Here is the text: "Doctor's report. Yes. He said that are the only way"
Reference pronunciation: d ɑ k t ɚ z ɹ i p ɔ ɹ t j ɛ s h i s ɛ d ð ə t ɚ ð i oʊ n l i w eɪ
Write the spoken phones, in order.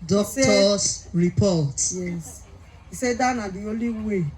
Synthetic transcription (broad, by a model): d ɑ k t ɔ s ɹ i p ɔ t j ɛ s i s ɛ d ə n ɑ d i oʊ l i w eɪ